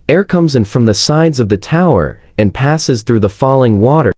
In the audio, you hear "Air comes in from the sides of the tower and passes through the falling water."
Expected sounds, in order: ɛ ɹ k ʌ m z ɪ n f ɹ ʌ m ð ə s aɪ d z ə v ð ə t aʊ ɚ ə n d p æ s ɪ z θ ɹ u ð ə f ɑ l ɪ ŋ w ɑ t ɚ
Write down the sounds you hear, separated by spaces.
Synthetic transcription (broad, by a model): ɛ ɹ k ʌ m z ɪ n f ɹ ʌ m ð ə s aɪ d z ə v ð ə t aʊ ɚ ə n p æ s ɪ z θ ɹ u ð ə f ɑ l ɪ ŋ w ɑ t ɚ